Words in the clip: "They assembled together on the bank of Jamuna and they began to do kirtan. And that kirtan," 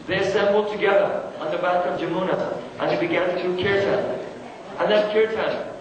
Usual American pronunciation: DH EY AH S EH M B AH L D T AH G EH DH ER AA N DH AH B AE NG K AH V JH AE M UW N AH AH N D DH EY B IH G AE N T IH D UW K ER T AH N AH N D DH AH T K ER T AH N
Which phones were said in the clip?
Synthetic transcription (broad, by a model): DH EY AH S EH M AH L T AH G EH DH ER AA N DH AH B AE K AH V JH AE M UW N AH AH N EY B IH G AE N T IH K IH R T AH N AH N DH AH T K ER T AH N